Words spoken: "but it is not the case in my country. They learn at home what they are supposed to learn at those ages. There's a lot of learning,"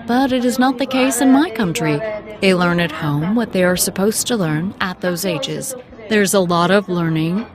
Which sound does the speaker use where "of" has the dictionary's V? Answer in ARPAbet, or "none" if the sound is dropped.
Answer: V